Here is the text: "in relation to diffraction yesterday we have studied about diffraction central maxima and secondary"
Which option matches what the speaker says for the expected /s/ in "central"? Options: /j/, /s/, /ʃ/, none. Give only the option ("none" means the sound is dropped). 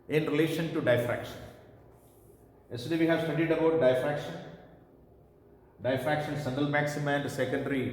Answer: /ʃ/